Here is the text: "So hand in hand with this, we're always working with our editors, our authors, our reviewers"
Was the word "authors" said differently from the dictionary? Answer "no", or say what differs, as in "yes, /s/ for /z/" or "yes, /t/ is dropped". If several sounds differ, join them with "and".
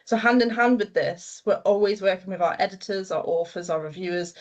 yes, /f/ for /θ/